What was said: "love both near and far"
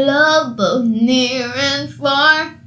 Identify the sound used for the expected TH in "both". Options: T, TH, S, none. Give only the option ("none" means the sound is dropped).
TH